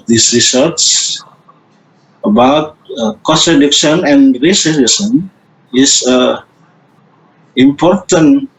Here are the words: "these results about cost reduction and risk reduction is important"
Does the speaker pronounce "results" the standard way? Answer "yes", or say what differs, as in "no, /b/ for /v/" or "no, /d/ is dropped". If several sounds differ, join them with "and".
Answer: no, /s/ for /z/ and /l/ is dropped